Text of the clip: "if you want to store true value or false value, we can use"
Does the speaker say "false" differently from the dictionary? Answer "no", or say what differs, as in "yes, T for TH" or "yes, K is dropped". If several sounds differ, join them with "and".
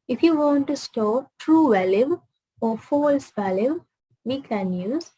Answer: no